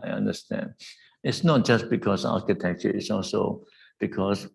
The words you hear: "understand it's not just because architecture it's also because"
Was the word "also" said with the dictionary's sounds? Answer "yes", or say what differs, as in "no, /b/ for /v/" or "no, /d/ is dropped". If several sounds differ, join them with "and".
yes